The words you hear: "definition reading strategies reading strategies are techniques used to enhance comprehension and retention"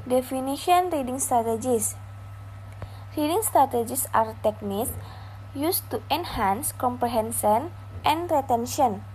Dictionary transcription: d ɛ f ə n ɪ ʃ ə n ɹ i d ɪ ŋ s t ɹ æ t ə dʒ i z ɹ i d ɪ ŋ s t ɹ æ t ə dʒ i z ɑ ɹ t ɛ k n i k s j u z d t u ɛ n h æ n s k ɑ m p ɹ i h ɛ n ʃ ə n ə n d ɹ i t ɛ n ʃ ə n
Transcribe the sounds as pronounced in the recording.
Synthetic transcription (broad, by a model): d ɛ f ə n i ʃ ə n ɹ i d ɪ ŋ s t ɹ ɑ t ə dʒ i s ɹ i d ɪ ŋ s t ɹ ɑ t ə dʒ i s ɑ ɹ t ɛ k n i s j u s t u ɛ n h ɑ n s k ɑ m p ɹ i h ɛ n s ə n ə n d ɹ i t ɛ n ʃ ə n